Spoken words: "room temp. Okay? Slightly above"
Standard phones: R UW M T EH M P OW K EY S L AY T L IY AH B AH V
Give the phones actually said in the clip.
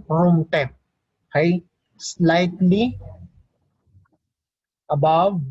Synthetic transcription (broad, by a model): R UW M T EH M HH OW IH S L AY T L IY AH B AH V